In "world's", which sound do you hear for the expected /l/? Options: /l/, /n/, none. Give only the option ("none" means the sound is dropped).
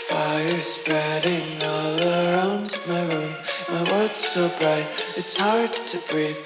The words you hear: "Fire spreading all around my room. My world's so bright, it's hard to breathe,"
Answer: none